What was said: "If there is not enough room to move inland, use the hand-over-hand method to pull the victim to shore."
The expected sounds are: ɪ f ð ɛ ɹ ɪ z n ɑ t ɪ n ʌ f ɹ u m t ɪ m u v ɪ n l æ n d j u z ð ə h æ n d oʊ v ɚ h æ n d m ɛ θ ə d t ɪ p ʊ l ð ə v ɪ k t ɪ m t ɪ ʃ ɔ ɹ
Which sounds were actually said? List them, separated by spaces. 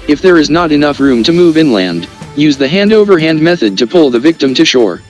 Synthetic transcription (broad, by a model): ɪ f ð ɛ ɹ ɪ z n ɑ t ɪ n ʌ f ɹ u m t ɪ m u v ɪ n l æ n d j u z ð ə h æ n d oʊ v ɚ h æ n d m ɛ θ ə d t ɪ p ʊ l ð ə v ɪ k t ɪ m t ɪ ʃ ɔ ɹ